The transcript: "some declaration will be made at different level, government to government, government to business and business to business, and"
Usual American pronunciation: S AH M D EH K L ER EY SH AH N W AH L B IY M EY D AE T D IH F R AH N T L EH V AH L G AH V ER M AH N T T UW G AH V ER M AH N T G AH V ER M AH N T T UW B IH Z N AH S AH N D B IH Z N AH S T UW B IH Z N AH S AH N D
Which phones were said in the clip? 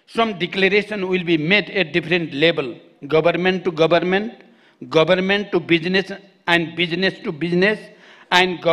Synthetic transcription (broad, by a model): S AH M D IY K L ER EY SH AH N W AH L B IY M EY D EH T D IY P R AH N T L EH B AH L G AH B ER M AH N T T UW G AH B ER M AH N T G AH B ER M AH N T T UW B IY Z N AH S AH N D B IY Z N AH S T UW B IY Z N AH S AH N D